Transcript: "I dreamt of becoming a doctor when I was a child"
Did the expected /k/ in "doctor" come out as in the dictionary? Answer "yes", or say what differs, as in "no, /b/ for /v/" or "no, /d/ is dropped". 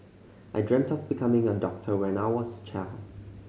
yes